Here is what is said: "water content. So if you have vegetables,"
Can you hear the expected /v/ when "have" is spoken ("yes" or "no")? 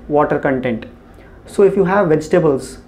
yes